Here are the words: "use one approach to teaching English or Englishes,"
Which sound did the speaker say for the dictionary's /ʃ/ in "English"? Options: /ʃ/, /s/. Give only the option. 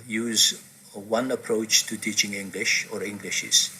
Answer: /ʃ/